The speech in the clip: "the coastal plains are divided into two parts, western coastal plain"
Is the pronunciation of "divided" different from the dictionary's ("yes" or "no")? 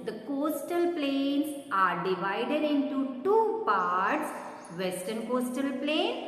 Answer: no